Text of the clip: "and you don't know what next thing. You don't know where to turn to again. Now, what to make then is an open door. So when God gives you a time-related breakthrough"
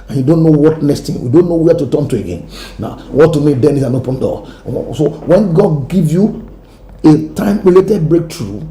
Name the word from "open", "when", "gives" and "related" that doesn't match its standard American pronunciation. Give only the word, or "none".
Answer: gives